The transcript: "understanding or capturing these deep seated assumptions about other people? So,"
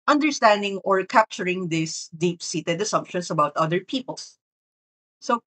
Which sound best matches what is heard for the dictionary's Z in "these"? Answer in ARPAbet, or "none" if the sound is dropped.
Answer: S